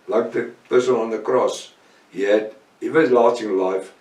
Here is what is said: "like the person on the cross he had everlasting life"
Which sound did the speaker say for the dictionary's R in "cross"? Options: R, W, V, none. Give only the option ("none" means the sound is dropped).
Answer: R